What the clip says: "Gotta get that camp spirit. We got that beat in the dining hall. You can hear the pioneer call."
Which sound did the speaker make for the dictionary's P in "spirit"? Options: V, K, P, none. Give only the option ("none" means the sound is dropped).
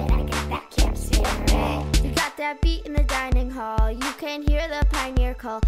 none